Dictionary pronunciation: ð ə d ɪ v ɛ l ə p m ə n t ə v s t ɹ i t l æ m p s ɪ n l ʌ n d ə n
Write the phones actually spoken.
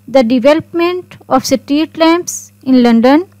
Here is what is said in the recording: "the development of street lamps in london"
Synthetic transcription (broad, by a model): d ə d ɪ v ɛ l ə p m ə n t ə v s t i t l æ m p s ɪ n l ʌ n d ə n